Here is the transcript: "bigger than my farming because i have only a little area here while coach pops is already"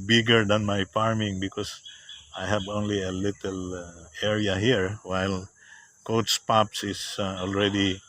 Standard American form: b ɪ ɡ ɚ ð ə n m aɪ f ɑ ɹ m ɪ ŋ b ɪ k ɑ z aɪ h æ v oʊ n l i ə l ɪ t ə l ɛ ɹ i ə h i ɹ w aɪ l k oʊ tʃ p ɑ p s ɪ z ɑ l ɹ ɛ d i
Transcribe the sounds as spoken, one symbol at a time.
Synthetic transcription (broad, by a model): b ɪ ɡ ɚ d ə n m aɪ f ɑ ɹ m ɪ ŋ b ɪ k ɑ s aɪ h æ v oʊ n l i ə l ɪ t ə l ɛ ɹ i ə h i ɹ w aɪ l k oʊ s p ɑ p s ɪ s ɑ l ɹ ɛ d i